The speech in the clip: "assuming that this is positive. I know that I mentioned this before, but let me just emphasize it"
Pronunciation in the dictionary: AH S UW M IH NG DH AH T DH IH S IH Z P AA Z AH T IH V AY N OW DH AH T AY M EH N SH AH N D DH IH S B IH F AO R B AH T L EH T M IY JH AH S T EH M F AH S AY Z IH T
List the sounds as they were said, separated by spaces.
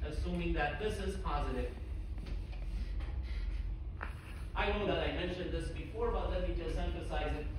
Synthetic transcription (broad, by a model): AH S UW M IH NG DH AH T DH IH S IH Z P AA Z AH T IH V AY N OW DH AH T AY M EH N SH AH N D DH IH S B IH F AO R B AH T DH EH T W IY JH AH S T EH M F AH S AY Z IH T